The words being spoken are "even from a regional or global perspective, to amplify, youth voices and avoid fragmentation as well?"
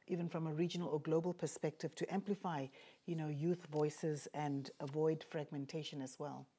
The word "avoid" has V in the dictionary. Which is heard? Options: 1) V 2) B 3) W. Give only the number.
1